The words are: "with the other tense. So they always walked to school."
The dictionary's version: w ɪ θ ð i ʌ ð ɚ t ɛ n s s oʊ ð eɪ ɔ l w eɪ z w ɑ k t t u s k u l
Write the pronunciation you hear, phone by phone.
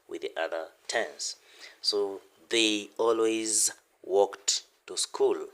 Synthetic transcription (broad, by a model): w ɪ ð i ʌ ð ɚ t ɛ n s s oʊ ð eɪ ɔ l w eɪ z w ɑ k t t u s k u l